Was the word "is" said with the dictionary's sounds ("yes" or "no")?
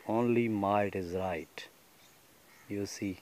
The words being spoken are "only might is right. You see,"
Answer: yes